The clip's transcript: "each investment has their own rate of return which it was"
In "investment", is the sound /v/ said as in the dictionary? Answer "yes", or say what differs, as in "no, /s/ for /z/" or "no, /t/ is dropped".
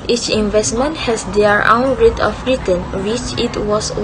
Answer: yes